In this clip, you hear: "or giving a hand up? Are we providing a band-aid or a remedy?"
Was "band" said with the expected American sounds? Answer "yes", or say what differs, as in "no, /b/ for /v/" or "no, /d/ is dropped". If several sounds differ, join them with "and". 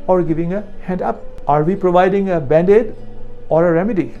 yes